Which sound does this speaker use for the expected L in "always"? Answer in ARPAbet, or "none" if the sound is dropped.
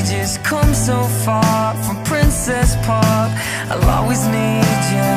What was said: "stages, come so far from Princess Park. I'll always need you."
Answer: none